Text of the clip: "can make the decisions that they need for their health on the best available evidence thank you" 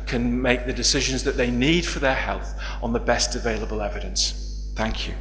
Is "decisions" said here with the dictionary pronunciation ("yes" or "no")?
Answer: yes